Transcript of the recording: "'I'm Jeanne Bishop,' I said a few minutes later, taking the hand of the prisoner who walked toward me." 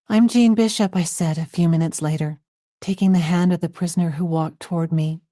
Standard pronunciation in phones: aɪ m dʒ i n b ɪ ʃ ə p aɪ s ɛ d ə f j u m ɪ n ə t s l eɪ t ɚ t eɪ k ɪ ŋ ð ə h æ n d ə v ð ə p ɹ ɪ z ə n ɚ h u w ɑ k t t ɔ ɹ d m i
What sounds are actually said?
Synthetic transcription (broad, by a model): aɪ m dʒ i n b ɪ ʃ ə p aɪ s ɛ d ə f j u m ɪ n ə t s l eɪ t ɚ t eɪ k ɪ ŋ ð ə h æ n d ə v ð ə p ɹ ɪ z ə n ɚ h u w ɑ k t t ɔ ɹ d m i